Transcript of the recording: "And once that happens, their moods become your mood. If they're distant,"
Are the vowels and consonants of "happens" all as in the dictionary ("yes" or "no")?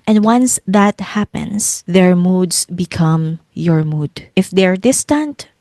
no